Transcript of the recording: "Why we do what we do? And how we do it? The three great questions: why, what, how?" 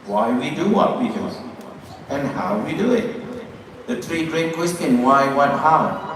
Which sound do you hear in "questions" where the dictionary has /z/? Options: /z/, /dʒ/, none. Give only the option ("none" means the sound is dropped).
none